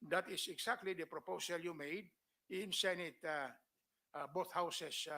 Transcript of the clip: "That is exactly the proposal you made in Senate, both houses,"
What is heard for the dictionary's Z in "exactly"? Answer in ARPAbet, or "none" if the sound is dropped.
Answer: S